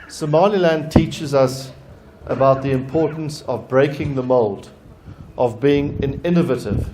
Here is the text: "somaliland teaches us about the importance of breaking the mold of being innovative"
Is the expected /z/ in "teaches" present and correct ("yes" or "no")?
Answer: yes